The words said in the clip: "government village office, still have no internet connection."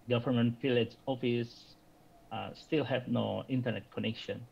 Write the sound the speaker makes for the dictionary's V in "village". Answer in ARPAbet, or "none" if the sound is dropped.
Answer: F